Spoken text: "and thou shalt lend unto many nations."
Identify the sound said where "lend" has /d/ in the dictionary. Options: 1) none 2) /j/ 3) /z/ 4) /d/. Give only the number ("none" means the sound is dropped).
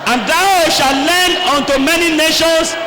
1